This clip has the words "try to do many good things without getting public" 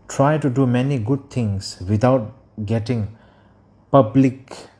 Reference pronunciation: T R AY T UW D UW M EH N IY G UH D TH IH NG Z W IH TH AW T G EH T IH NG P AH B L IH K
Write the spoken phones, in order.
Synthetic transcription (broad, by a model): T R AY T UW D UW M EH N IY G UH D T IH NG S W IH T AW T G EH T IH NG P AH B L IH K